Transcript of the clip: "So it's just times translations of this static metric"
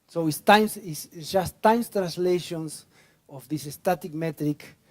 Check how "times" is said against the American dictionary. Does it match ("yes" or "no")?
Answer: no